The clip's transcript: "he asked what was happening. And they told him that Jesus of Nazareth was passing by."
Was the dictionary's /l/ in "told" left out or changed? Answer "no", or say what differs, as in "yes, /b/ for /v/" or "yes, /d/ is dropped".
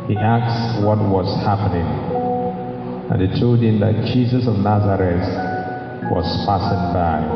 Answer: yes, /l/ is dropped